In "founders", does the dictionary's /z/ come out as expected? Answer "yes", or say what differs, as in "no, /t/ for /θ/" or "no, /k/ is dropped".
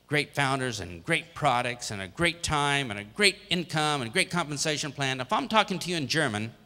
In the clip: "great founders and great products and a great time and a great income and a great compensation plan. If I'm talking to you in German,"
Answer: yes